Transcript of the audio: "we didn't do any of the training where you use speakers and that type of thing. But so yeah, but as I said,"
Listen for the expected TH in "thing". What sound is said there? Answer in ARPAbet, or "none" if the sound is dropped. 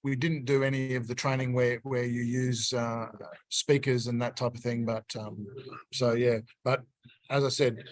TH